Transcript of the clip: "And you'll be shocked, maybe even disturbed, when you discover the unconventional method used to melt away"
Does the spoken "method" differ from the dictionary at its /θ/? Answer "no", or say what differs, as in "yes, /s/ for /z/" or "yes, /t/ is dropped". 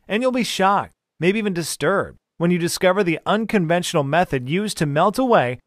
no